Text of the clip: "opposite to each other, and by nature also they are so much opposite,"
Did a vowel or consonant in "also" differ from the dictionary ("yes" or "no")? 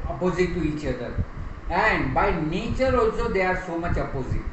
yes